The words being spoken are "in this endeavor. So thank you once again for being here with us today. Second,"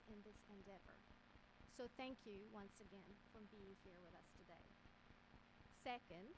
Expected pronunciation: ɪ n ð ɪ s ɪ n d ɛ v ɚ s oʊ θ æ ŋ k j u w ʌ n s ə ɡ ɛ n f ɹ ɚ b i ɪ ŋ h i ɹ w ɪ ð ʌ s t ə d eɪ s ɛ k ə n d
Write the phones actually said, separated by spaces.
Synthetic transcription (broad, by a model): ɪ n ð ɪ s ɪ n d ɛ v ɚ s oʊ θ æ ŋ k j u w ʌ n s ə ɡ ɛ n f ɹ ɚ b i ɪ ŋ h i ɹ w ɪ ð ʌ s t ə d eɪ s ɛ k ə n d